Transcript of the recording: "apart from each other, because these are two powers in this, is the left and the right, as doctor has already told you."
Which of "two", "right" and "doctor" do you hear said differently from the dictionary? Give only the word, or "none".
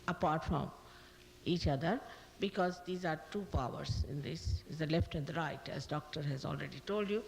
none